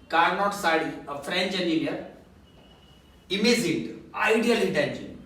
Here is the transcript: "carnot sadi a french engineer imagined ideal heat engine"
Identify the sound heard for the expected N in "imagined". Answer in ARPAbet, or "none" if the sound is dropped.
none